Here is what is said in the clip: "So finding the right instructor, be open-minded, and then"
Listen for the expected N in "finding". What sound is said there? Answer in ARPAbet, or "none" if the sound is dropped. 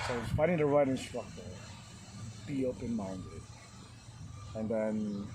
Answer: none